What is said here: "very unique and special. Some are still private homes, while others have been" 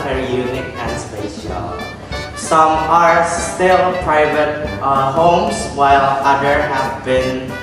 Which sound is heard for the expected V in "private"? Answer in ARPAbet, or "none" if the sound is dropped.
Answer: V